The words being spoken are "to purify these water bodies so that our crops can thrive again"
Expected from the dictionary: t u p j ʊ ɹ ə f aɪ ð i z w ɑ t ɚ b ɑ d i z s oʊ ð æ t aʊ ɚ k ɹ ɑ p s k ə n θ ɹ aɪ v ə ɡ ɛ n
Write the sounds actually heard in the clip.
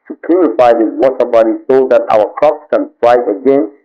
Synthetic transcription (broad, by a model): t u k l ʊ ɹ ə f aɪ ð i w ɑ t ɚ b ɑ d i s oʊ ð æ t aʊ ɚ k ɹ ɑ p s k ə n f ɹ aɪ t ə ɡ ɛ n